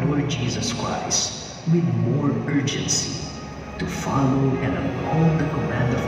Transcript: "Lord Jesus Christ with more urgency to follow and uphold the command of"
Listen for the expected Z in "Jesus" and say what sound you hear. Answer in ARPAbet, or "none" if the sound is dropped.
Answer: Z